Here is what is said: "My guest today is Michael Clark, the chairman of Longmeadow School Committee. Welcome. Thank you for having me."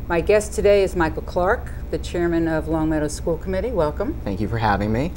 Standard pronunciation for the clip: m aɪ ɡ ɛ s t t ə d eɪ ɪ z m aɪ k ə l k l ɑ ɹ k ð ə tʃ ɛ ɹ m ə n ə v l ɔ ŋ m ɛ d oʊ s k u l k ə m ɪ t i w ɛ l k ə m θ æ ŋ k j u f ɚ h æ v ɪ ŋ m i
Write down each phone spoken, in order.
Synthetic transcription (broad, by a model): m aɪ ɡ ɛ s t t ə d eɪ ɪ z m aɪ k l k l ɑ ɹ k ð ə tʃ ɛ ɹ m ə n ə v l ɔ ŋ m ɛ d oʊ s k u l k ə m ɪ t i w ɛ l k ə m θ æ ŋ k j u f ɚ h æ v ɪ ŋ m i